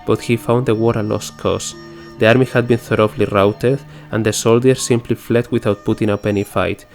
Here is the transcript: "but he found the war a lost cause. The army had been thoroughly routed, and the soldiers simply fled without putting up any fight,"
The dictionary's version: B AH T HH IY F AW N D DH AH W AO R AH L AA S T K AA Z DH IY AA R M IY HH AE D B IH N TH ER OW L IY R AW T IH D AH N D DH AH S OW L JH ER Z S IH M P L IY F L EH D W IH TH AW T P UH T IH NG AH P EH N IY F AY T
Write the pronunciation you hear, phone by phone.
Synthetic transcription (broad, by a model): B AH T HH IY F AW N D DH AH W AO R AH L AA S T K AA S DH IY AA R M IY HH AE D B IH N TH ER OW L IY R AW T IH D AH N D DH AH S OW L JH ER S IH M P L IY F L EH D W IH TH AW T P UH T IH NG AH P EH N IY F AY T